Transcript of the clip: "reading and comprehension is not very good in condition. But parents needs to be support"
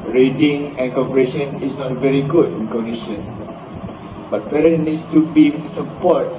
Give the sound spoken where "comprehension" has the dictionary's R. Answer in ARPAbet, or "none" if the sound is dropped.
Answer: none